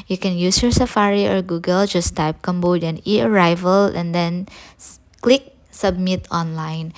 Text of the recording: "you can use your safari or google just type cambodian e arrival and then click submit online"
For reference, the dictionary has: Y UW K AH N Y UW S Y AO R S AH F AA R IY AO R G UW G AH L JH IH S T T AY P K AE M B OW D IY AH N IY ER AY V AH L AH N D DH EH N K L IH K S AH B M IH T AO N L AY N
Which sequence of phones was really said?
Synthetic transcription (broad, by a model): Y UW K AH N Y UW S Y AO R S AH F AA R IY AO R G UW G AH L JH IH S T T AY P K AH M B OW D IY N IY ER AY V AH L AH N D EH N K L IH K S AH B M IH T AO N L AY N